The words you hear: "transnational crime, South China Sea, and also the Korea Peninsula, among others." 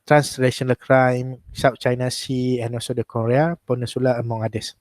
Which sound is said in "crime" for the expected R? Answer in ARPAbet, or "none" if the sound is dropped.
R